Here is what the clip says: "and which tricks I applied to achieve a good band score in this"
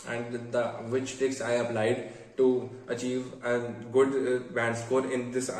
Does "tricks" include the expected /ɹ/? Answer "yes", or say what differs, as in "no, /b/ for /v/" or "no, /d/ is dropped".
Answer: no, /ɹ/ is dropped